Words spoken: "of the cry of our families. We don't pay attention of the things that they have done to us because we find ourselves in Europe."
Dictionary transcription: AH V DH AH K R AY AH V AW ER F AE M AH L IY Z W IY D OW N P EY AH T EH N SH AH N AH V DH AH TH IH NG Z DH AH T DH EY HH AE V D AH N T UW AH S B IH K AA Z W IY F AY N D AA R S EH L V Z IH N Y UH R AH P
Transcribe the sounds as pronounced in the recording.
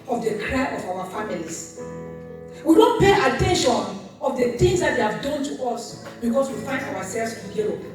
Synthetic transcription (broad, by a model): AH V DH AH K R AY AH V AW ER F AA M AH L IY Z W IY D OW N P EY AH T EH N SH AH N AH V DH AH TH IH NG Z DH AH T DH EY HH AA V D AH N T UW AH S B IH K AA S W IY F AY N D AA W S EH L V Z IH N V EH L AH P